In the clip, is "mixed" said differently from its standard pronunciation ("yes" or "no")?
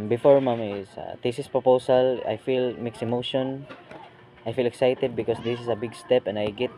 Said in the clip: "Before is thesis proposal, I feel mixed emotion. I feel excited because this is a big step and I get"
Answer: yes